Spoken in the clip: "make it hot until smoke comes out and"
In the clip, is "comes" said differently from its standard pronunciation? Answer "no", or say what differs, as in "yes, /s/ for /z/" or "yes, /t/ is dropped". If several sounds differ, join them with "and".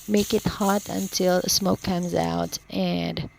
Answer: no